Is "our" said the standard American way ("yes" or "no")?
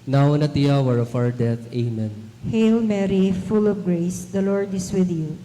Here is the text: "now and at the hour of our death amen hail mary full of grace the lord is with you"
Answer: no